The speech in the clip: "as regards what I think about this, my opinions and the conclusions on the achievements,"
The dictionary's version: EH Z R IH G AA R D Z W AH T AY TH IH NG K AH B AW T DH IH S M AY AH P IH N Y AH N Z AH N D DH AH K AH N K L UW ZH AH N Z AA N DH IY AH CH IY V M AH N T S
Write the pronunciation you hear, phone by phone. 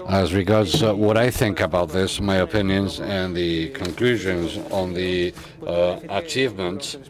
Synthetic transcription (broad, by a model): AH Z R IH G AA R D Z W AH T AY TH IH NG K AH B AW T DH IH S M AY AH P IH N Y AH N Z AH N DH AH K AH N K L UW ZH AH N Z N DH IY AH CH IY V M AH N T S